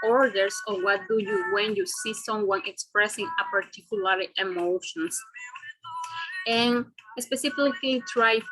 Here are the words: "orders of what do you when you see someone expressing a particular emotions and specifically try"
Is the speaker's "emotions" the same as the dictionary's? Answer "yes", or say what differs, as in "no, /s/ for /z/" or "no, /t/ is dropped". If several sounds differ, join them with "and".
no, /s/ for /z/